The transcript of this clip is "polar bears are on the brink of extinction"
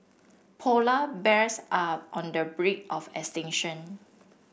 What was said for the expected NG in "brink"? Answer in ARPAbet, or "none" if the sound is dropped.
none